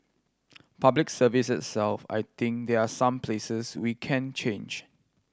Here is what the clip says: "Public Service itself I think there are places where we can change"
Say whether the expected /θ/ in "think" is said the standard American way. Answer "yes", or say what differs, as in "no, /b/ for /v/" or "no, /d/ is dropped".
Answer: no, /t/ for /θ/